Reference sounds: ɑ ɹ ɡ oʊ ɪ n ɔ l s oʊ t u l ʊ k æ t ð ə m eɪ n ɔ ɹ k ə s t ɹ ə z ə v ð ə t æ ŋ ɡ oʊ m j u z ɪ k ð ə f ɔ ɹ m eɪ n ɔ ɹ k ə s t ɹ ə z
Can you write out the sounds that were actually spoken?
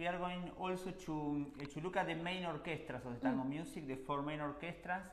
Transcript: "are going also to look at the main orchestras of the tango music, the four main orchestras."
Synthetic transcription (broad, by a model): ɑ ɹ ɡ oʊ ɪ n ɔ l s oʊ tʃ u l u k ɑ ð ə m eɪ n ɔ ɹ k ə s t ɹ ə s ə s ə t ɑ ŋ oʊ m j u s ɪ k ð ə f ɔ ɹ m eɪ n ɔ ɹ k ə s t ɹ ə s